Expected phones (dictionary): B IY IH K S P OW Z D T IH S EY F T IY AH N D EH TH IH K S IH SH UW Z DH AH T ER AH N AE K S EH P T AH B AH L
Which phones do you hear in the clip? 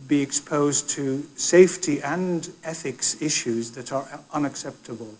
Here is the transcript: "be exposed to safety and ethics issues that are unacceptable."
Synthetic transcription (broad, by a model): B IY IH K S P OW Z T IH S EY F T IY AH N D EH TH IH K S IH SH UW Z DH AH T ER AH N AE K S EH P T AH B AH L